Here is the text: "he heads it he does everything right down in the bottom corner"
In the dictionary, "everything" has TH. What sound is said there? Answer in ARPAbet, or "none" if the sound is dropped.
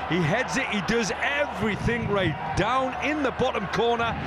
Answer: TH